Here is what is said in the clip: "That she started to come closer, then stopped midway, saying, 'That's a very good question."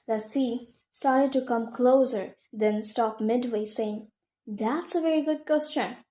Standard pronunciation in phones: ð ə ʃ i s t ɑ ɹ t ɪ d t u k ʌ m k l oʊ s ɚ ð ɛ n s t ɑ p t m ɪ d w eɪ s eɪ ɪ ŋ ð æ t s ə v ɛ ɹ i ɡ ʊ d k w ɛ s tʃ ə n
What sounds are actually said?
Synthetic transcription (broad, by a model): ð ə s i s t ɑ ɹ t ɪ d t u k ʌ m k l oʊ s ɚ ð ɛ n s t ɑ p m ɪ d w eɪ s eɪ ɪ ŋ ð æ t s ə v ɛ ɹ i ɡ ʊ d k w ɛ s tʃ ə n